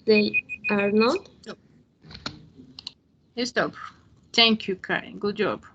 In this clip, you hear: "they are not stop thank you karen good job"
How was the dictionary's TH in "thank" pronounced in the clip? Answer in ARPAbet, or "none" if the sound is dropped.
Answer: T